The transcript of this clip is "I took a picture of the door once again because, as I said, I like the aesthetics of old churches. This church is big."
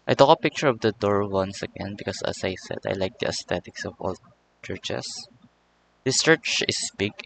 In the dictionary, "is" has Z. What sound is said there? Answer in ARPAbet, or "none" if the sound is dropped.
S